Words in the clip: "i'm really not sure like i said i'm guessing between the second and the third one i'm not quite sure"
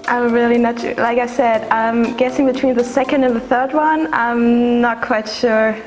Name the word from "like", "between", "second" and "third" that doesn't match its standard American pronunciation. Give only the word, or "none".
none